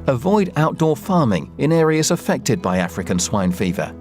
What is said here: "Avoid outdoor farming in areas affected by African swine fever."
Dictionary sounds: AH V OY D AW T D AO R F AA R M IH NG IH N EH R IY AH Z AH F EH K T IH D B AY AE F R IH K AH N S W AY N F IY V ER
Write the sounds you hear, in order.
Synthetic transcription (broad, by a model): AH V OY D AW T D AO F AA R M IH NG IH N EH R IY AH Z AH F EH K T IH D B AY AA F R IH K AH N S W AY N F IY V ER